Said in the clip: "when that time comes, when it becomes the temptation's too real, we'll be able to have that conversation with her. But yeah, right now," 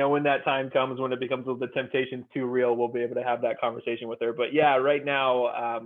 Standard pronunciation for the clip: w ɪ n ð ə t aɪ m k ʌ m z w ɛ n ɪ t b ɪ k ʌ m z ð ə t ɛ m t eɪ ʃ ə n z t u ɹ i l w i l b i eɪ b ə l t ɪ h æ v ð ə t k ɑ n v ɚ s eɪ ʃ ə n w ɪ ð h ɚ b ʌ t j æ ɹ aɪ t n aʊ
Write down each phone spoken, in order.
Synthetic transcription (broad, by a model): w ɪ n ð ə t aɪ m k ʌ m z w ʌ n ɪ t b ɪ k ʌ m z ð ə t ɛ m t eɪ ʃ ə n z t u ɹ i l w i l b i eɪ b l t ɪ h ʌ v ð ə t k ɑ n v ɚ s eɪ ʃ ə n w ɪ ð ɚ b ʌ t j æ ɹ aɪ t n aʊ